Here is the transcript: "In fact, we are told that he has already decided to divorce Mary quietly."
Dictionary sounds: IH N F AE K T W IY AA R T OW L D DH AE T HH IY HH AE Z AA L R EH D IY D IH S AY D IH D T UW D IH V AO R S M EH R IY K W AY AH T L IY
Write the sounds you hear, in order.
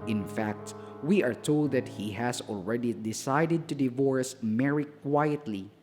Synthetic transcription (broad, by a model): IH N F AE K T W IY AA R T OW L D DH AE T HH IY HH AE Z AA L R EH D IY D IH S AY D IH D T UW D IH V AO R S M EH R IY K W AY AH T L IY